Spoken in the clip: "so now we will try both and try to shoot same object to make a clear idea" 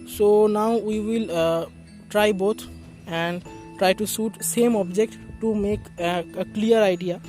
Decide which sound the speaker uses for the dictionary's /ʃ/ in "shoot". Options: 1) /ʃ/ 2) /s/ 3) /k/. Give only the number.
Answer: 2